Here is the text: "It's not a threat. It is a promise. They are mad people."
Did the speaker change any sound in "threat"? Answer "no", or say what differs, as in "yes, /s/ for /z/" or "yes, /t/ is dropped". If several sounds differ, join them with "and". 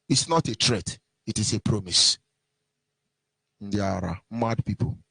yes, /t/ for /θ/